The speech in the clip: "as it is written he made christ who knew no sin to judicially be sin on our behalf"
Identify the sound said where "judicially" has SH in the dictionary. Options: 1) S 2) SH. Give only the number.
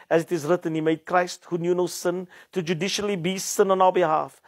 2